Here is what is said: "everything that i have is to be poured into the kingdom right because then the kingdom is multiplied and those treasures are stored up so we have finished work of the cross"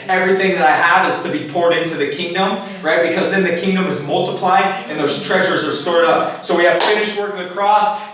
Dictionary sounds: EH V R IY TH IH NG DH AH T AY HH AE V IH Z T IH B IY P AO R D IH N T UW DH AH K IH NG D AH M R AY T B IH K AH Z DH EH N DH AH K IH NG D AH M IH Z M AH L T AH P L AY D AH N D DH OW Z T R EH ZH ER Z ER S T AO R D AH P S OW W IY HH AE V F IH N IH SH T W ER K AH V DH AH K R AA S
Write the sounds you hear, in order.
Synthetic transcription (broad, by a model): EH V R IY TH IH NG DH AH T AY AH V IH Z T IH B IY P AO R D IH N T UW DH AH K IH NG D AH M R AY T B IH K AH Z DH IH N DH AH K IH NG D AH M IH Z M AH L T AH P L AY D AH N DH OW Z T R EH ZH ER Z ER S T AO R D AH P S OW W IY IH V F IH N IH SH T W ER K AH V DH AH K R AA S